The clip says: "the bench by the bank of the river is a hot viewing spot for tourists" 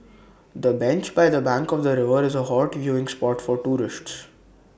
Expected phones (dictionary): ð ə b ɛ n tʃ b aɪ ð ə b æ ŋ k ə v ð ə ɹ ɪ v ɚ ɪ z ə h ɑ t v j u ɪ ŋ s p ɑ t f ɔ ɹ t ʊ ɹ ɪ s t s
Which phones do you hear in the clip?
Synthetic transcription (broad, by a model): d ə b ɛ n tʃ b aɪ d ə b æ ŋ k ə v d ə ɹ ɪ v ɚ ɪ z ə h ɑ t v j u ɪ ŋ s p ɑ t f ɔ ɹ t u ɹ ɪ s t s